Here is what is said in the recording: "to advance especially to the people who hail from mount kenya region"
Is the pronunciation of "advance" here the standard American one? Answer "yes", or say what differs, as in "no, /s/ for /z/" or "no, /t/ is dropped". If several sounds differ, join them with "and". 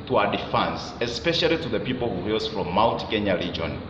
no, /f/ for /v/